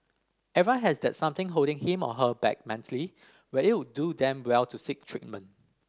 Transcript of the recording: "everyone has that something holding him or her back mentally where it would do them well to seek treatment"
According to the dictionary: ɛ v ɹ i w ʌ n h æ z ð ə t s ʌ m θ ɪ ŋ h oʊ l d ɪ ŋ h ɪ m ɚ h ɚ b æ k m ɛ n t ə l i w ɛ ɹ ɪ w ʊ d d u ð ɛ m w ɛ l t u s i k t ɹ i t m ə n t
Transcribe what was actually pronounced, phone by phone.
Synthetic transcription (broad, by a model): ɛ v i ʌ h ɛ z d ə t s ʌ m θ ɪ ŋ h oʊ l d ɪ ŋ h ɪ m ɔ h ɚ b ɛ k m ɛ n t ə l i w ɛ ɪ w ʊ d d u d ɛ m w ɛ l t u s i k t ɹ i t m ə n